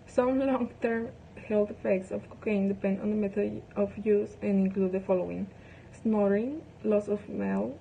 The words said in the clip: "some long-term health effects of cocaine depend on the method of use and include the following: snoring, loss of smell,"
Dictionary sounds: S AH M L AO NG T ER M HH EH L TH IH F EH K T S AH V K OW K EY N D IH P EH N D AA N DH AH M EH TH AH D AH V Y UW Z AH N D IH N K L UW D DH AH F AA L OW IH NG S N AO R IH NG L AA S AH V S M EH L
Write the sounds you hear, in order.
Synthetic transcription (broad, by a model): S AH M L AO NG T ER M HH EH L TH IH F EH K T S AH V K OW K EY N D IH P EH N D AA N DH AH M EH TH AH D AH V Y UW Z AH N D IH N K L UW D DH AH F AA L OW IH NG S N AO R IH NG L AA S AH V M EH L